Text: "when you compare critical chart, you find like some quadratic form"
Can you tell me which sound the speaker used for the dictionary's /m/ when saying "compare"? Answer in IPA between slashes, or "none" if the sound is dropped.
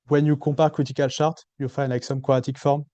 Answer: none